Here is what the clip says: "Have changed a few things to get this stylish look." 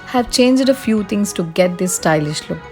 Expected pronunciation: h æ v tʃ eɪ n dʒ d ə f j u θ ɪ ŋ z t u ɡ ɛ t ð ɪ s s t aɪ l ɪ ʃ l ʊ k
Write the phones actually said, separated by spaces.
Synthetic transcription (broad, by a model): h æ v tʃ eɪ n dʒ d ə f j u t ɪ ŋ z t u ɡ ɛ t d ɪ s s t aɪ l ɪ ʃ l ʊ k